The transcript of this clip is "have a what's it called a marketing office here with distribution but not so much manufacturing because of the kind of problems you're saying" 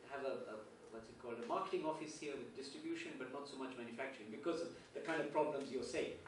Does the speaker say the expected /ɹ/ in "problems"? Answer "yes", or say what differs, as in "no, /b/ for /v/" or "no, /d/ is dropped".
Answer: yes